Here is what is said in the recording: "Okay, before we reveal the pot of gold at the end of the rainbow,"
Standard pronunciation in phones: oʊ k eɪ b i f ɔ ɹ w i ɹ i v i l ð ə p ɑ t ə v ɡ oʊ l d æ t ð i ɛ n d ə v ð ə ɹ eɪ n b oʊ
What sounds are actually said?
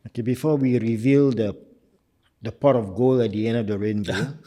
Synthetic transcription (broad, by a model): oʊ k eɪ b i f ɔ w i ɹ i v i l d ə p ɑ t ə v ɡ oʊ l æ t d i ɛ n d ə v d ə ɹ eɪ n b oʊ